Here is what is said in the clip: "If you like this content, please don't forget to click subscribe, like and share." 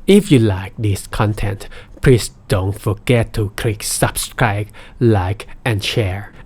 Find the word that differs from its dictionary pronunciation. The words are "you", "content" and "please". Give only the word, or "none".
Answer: please